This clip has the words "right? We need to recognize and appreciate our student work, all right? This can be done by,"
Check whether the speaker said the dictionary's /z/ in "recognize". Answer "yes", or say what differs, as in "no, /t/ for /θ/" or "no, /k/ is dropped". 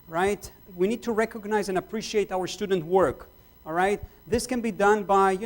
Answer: yes